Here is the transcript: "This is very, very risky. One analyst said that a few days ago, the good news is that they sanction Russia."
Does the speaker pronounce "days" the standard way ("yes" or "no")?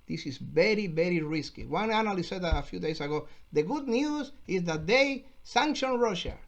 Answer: no